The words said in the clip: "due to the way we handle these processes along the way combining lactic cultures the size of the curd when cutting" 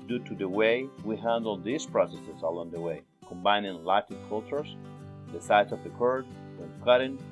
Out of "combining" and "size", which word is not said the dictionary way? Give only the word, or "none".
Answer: size